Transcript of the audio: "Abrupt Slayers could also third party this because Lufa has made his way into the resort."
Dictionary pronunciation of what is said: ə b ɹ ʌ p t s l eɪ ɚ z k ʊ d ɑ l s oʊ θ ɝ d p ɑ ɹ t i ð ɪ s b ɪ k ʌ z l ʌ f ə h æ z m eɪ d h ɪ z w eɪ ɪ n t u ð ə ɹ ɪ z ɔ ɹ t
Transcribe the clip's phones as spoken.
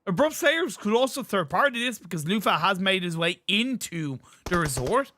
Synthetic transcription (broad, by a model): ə b ɹ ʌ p s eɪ ɚ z k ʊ d ɑ l s oʊ θ ɝ d p ɑ ɹ t i ð ɪ s b ɪ k ʌ z l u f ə h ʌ z m eɪ d h ɪ z w eɪ ɪ n t u ð ə ɹ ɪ z ɔ ɹ t